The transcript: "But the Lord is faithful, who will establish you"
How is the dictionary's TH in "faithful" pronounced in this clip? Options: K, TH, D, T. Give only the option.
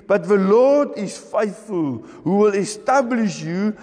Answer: TH